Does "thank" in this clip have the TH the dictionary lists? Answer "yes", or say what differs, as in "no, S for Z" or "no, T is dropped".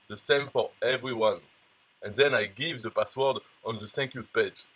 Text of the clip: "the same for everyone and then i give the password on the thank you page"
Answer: no, S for TH